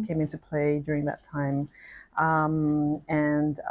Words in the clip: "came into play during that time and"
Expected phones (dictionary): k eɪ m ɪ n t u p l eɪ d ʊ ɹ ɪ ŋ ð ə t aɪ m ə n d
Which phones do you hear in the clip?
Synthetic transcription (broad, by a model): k eɪ m ɪ n t u p l eɪ d ʊ ɹ ɪ ŋ ð ə t aɪ m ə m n